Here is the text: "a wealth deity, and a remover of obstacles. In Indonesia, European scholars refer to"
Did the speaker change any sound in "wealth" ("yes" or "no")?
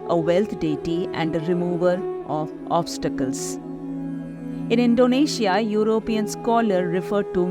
yes